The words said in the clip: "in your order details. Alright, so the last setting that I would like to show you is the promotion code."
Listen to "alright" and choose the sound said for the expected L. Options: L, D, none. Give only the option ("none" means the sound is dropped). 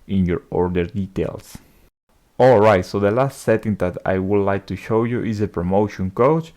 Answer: L